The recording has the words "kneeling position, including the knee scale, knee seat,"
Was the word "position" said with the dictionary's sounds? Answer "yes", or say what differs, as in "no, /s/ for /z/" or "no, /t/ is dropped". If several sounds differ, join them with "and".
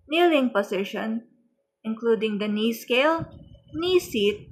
no, /s/ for /z/